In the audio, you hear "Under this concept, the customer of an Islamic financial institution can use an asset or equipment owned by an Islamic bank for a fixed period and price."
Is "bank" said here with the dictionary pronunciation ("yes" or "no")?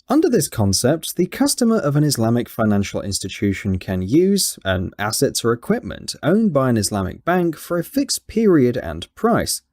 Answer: yes